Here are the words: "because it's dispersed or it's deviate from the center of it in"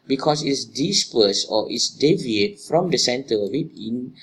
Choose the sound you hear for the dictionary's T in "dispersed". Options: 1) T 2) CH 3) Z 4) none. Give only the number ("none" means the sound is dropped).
4